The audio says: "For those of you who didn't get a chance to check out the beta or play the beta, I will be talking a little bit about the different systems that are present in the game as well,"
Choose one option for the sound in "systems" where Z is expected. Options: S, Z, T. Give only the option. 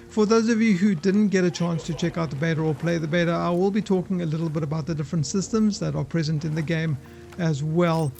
Z